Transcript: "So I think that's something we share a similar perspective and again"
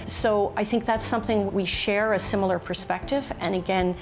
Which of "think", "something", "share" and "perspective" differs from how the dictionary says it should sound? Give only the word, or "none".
none